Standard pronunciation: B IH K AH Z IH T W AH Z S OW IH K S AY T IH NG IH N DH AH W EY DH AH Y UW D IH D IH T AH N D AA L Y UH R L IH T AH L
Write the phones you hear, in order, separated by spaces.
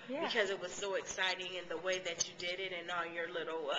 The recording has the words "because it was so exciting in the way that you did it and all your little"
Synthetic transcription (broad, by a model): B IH K AH Z IH T W AH Z S OW IH K S AY T IH NG IH N DH AH W EY DH AH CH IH D IH D IH T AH N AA N Y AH R L IH T L